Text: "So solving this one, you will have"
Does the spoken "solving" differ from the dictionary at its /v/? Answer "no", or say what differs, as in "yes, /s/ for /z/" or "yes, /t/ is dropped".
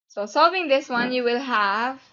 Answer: no